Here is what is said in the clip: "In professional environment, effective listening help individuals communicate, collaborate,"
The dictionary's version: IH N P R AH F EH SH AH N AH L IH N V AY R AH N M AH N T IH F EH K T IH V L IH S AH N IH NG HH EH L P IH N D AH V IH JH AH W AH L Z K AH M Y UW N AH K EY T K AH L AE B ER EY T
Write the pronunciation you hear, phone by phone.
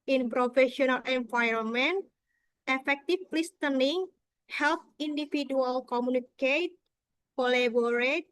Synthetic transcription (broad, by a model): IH N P R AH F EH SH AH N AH L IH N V AY R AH N M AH N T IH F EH K T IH F L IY S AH N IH NG HH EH L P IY N D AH F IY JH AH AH L K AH M UW N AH K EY T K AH L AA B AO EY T